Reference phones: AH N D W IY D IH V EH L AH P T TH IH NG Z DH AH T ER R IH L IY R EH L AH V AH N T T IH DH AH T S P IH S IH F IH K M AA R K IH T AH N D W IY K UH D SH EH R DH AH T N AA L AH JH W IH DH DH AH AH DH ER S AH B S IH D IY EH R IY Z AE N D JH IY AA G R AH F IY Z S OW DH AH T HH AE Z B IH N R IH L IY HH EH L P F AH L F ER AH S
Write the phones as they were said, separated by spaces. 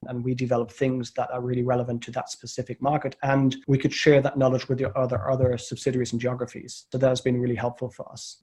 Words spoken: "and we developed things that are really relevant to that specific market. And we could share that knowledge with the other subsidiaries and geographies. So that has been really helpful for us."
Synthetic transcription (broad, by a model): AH N W IY D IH V EH L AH P TH IH NG Z DH AH T ER R IH L IY R EH L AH V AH N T T IH DH AH T S P IH S IH F IH K M AA R K IH T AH N W IY K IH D SH EH R DH AH T N AA L AH JH W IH DH DH AH AH DH ER S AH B S IH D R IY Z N JH IY AA G R AH F IY Z S OW DH AH T HH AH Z B IH N R IH L IY HH EH L P F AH L F ER AH S